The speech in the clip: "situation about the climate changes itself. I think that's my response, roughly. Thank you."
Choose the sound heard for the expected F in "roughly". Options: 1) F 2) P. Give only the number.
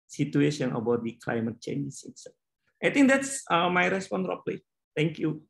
2